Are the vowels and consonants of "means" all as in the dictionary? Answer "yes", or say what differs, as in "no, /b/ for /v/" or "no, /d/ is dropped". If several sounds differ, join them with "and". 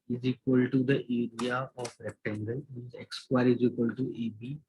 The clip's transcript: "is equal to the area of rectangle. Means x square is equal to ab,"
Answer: no, /n/ is dropped